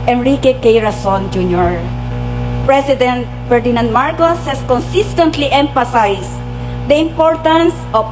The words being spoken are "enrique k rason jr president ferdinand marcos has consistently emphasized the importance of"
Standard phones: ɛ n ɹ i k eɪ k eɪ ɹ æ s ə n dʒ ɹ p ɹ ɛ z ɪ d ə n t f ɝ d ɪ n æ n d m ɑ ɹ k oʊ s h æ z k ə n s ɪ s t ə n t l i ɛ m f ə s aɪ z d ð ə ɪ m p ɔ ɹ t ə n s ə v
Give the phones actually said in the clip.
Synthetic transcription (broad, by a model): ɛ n ɹ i k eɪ k eɪ ɹ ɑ s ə n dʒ ɹ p ɹ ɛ s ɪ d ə n t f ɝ d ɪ n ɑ n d m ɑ ɹ k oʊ s h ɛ s k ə n s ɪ s t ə n t l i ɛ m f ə s aɪ s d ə ɪ m p ɔ ɹ t ə n s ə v